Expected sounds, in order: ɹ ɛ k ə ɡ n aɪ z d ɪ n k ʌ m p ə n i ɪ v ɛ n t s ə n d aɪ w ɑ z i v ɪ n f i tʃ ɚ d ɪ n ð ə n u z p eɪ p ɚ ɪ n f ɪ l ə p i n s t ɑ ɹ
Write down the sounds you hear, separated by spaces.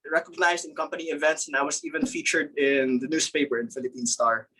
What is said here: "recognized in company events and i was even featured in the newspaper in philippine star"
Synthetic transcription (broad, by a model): ɹ ɛ k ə ɡ n aɪ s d ɪ n k ʌ m p ə n i ɪ v ɛ n t s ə n aɪ w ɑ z i v ɪ n f i tʃ ɚ d ɪ n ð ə n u s p eɪ p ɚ ɪ n f ɪ l ə p i n s t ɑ ɹ